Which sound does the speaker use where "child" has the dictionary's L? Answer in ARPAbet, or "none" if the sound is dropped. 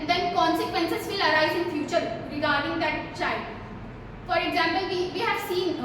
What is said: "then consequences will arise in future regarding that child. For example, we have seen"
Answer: L